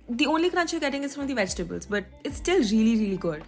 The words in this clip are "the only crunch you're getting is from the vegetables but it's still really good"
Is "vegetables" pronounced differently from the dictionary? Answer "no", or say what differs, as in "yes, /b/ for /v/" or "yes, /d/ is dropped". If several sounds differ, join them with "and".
no